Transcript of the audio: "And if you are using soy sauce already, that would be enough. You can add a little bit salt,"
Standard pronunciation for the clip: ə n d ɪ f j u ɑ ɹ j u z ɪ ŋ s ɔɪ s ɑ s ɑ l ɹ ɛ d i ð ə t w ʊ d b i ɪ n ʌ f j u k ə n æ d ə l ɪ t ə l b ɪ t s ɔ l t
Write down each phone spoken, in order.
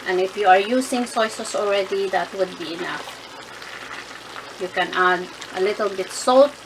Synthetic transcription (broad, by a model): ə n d ɪ f j u ɑ ɹ j u s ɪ ŋ s ɔɪ s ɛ s ɑ l ɹ ɛ d i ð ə t w ʊ d b i ɪ n ʌ f j u k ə n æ d ə l ɪ t ə l b ɪ t s ɔ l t